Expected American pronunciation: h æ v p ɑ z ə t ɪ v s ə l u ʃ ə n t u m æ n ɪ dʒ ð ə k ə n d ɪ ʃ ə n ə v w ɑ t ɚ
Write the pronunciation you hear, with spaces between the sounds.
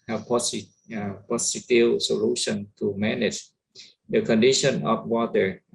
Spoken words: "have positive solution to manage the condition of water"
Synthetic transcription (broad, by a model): h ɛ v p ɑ s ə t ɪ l s ə l u ʃ ə n t u m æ n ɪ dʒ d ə k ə n d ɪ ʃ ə n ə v w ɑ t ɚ